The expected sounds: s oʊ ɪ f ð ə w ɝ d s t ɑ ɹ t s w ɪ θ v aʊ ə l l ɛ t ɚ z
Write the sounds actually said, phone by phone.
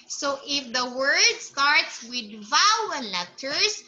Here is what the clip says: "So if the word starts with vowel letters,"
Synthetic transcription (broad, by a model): s oʊ ɪ f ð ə w ɝ d s t ɑ ɹ t s w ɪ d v aʊ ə n l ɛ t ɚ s